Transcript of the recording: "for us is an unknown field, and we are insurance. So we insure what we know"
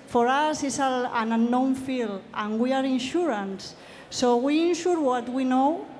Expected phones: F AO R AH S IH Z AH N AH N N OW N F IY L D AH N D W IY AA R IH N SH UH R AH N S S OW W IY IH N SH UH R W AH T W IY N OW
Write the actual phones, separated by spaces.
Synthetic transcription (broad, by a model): F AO R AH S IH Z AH L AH N N OW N F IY L AH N W IY AA R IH N SH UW R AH N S S OW W IY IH N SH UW R W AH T W IY N OW